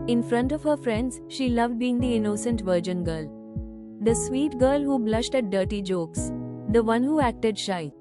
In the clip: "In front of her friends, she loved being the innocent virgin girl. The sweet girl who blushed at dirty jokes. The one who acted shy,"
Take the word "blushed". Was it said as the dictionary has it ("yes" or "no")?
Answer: yes